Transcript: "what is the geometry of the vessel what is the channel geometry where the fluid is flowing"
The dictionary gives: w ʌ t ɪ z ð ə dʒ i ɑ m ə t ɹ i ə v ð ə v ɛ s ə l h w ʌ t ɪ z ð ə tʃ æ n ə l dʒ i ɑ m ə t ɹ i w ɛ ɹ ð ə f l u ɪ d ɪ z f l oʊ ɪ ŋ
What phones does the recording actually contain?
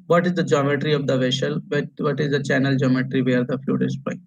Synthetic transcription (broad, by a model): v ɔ t ɪ z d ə dʒ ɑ m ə t ɹ i ə v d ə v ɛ ʃ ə l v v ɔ t ɪ z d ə tʃ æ n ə l dʒ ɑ m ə t ɹ i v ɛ ɹ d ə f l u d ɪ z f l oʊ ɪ